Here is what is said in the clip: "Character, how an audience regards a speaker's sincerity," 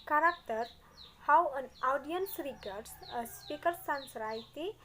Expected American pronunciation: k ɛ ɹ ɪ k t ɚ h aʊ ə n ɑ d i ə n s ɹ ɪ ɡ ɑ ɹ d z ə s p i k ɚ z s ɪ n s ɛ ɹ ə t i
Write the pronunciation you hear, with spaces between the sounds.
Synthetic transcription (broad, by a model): k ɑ ɹ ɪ k t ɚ h aʊ ə n ɑ d i ə n s ɹ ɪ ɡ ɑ ɹ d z ə s p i k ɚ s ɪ n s ɹ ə t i